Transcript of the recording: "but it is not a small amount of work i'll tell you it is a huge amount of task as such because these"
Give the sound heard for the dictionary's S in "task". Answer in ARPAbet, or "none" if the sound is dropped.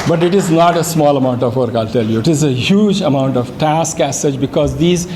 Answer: S